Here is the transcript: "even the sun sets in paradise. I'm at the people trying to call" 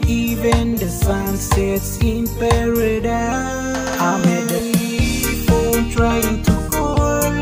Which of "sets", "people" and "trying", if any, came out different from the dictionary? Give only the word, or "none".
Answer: people